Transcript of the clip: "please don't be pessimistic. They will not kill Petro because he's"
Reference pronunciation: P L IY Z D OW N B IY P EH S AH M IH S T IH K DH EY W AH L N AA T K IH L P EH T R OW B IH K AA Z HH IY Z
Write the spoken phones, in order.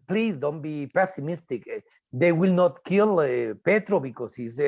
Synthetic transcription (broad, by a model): P L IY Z D OW N B IY P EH S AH M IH S T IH K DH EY W AH L N AA T K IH L P EH T R OW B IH K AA S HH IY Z